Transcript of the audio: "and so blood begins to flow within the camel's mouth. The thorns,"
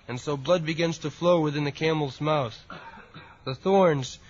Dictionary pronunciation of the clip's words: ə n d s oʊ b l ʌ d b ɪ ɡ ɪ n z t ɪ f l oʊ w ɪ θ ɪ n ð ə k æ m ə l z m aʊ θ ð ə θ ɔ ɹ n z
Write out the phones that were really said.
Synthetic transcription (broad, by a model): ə n s oʊ b l ʌ d b ɪ ɡ ɪ n z t ɪ f l oʊ w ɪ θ ɪ n ð ə k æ m l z m aʊ θ ð ə θ ɔ ɹ n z